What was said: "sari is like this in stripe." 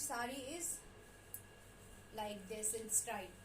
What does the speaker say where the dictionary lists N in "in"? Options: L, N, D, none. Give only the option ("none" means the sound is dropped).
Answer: L